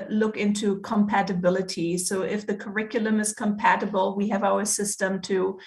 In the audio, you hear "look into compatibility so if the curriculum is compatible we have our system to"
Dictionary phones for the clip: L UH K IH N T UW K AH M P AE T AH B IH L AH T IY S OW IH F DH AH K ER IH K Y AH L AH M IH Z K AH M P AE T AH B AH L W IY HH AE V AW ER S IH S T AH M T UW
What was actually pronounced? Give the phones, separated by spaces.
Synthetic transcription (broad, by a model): L UH K IH N T UW K AH M P AE T AH B IH L AH T IY S OW IH F DH AH K ER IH K Y L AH M IH Z K AH M P AE T AH B AH L W IY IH V AW ER S IH S T AH M T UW